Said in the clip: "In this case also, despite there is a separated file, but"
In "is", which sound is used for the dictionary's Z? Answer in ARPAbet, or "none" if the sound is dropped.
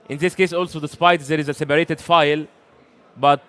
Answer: Z